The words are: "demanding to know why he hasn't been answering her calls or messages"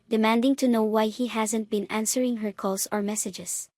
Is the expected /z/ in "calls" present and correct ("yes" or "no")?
no